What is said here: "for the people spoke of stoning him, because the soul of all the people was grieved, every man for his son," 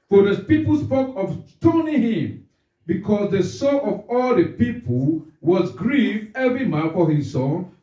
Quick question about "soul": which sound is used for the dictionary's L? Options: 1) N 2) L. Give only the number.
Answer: 1